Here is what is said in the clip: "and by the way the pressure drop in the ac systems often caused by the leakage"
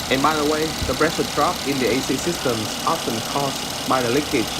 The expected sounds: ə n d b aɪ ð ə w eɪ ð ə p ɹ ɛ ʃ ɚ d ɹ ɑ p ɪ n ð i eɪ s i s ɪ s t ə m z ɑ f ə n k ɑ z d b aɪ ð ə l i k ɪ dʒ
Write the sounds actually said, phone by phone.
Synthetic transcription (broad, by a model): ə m aɪ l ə w eɪ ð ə b ɹ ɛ s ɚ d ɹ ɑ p ɪ n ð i eɪ s i s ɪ s t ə m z ɑ f ə n k ɑ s b aɪ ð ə l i k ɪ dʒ